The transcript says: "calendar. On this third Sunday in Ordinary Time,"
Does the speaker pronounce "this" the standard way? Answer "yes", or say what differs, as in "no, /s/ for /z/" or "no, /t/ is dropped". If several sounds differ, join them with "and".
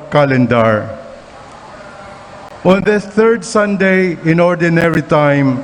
no, /s/ is dropped